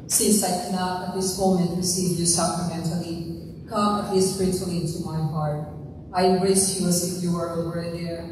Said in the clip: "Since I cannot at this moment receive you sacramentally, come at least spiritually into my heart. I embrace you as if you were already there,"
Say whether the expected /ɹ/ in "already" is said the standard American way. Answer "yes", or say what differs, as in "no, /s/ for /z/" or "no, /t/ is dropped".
no, /ɹ/ is dropped